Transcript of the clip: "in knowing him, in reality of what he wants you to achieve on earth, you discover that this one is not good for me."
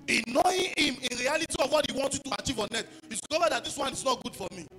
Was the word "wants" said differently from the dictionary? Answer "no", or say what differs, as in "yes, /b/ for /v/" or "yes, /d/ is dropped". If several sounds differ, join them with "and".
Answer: yes, /s/ is dropped